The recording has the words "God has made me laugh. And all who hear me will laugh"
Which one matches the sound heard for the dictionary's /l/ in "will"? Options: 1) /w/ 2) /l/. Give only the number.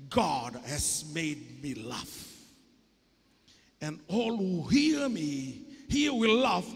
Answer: 1